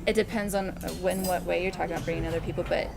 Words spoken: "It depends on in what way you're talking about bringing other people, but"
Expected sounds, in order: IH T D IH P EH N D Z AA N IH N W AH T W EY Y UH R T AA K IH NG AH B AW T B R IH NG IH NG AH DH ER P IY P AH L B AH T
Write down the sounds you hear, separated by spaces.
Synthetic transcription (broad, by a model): IH T D IH P EH N D Z N IH N W AH T W EY Y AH R T AA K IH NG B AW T B R IH NG IH NG AH DH ER P IY P L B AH T